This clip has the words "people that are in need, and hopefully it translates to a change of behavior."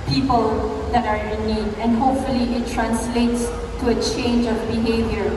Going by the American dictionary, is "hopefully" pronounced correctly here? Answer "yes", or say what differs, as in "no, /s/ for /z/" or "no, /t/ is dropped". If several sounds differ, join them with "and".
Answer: yes